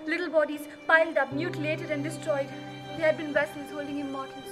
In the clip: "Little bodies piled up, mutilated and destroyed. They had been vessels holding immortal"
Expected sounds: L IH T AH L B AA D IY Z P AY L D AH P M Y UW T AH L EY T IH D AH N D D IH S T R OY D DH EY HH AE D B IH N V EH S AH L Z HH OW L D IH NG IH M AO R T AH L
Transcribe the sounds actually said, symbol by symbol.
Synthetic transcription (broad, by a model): L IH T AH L B AA D IY Z P AY L D AH P M Y UW T AH L EY T IH D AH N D D IH S T R OY D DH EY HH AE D B IH N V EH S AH Z HH OW L D IH NG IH M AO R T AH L